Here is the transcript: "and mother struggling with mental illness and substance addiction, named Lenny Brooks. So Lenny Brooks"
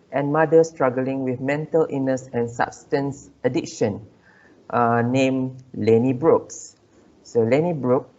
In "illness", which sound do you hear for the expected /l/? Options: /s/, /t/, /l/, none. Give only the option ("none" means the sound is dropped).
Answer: none